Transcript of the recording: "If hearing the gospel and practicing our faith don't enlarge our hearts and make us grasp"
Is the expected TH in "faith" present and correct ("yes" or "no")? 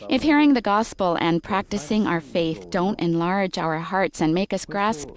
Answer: yes